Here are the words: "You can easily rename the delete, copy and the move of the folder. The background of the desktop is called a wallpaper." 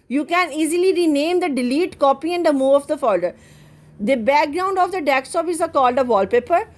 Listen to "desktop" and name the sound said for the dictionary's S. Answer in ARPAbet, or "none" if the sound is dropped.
none